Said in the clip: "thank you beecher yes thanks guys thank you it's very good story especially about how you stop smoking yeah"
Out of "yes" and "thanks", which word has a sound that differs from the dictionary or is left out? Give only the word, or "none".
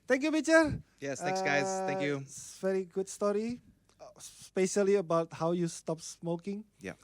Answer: thanks